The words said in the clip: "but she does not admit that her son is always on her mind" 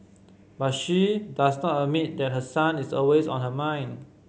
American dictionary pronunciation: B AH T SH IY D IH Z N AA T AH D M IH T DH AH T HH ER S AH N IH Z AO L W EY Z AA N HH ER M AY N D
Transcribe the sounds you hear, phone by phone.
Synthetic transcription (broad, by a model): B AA T SH IY D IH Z N AA T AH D M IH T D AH T HH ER S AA N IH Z AO L W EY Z AA N HH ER M AY N